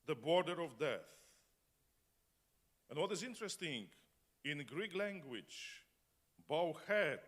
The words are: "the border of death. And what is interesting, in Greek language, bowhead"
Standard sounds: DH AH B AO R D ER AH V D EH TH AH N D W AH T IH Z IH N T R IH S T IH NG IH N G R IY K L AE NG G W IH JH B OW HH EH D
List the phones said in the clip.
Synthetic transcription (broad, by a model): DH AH B AO R D ER AH V D EH TH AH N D W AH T IH Z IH N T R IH S T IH NG IH N G R IY K L AE NG G W IH JH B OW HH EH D